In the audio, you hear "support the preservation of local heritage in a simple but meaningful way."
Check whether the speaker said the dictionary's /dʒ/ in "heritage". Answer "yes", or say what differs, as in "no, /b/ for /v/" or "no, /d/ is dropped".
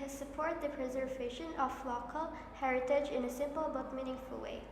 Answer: yes